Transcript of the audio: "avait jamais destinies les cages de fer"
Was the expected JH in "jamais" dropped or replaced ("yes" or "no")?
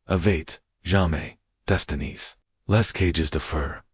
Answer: yes